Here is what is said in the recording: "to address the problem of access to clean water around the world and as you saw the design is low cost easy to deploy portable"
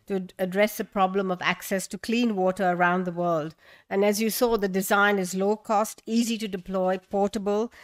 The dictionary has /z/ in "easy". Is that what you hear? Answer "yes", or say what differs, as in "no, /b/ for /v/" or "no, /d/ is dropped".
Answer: yes